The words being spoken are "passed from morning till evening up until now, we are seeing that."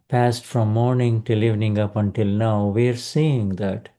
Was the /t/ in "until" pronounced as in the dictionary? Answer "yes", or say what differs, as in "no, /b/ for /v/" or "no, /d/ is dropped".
yes